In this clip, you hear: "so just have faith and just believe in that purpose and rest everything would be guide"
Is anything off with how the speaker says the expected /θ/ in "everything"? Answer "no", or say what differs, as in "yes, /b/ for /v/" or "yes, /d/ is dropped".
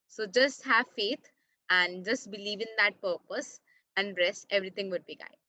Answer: yes, /t/ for /θ/